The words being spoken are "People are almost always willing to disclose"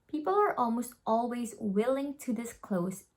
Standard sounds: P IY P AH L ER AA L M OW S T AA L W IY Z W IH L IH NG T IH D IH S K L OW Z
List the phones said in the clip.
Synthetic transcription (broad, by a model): P IY P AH L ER AA L M OW S T AA L W IY Z W IH L IH NG T IH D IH S K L OW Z